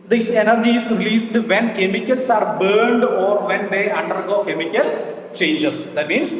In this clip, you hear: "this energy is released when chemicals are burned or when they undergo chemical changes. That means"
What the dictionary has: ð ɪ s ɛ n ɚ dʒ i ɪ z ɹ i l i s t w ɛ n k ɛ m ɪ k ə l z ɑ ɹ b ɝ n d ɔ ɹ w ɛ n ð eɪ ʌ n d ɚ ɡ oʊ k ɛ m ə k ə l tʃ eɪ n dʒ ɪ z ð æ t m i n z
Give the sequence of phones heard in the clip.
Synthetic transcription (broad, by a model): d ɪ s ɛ n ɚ dʒ i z ɹ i l i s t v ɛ n k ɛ m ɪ k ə l s ɑ ɹ b ɝ n d ɔ ɹ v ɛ n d eɪ ʌ n d ɚ ɡ oʊ k ɛ m ə k ə l tʃ eɪ n dʒ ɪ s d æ t m i n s